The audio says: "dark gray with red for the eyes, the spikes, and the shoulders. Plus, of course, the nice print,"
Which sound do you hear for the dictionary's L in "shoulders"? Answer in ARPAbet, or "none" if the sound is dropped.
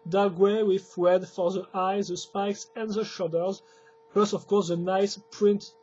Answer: none